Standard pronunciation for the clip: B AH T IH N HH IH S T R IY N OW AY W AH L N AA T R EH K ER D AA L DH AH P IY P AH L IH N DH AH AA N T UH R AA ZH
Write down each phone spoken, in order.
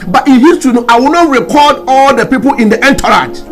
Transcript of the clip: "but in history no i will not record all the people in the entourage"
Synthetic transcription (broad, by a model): B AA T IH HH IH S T IY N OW AY W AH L N AA T R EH K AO D AA L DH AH P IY P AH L IH N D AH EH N T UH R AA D